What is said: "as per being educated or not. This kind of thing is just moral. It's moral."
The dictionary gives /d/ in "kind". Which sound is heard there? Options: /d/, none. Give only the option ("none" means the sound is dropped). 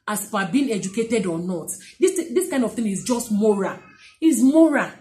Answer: /d/